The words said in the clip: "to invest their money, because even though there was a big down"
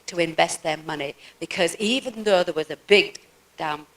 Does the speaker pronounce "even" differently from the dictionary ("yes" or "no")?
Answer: no